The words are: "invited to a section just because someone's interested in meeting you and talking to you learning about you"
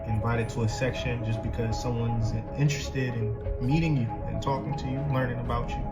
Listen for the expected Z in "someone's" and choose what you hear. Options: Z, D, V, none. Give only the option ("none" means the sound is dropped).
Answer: Z